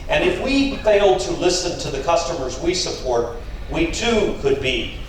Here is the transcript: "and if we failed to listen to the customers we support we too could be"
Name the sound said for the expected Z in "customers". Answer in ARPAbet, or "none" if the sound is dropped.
Z